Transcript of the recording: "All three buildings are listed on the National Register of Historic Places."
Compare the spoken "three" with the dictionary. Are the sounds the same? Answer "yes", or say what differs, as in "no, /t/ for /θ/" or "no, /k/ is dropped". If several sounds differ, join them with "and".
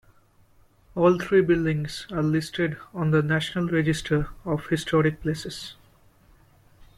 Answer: no, /t/ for /θ/